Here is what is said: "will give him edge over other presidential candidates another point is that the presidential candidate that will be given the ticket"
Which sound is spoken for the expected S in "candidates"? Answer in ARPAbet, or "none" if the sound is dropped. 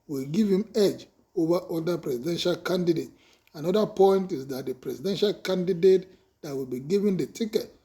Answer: none